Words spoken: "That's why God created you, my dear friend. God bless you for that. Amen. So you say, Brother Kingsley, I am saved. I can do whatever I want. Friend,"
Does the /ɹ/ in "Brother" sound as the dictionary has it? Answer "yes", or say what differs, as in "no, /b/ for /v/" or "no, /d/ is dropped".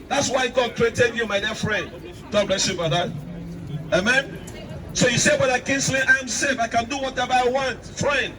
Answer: no, /ɹ/ is dropped